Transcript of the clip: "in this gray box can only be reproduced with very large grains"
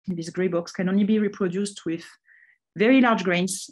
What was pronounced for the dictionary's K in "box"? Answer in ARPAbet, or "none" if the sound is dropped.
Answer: K